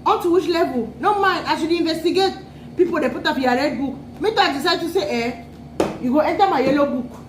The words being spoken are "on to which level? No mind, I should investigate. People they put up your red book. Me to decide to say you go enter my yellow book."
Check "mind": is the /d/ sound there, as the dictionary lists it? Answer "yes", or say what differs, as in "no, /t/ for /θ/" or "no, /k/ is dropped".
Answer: no, /d/ is dropped